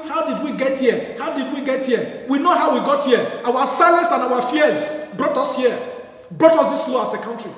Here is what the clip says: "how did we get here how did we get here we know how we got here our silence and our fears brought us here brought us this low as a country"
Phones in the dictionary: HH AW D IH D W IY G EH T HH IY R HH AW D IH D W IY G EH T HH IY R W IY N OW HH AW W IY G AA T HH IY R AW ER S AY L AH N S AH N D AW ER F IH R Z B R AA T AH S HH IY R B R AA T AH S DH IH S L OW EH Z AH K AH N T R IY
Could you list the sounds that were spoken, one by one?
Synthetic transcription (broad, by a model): HH AW D IH D W IY G EH T HH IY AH HH AW D IH D W IY G EH T HH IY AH W IY N OW HH AW W IY G AA T HH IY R AW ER S AY L AH N S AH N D AW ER F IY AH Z B R AA T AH S HH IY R B R AA T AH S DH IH S L OW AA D AH K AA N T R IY